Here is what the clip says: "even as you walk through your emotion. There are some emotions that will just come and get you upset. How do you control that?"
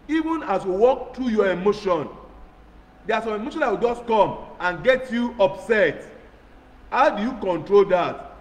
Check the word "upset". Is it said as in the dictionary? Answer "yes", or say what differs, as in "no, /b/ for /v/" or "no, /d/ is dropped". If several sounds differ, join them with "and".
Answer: yes